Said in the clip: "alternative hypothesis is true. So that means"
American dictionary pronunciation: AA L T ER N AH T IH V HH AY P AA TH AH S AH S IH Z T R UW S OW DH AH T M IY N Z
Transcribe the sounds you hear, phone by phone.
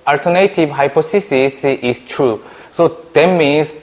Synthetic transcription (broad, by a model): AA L T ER N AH T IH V HH AY P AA S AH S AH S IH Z T R UW S OW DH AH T M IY N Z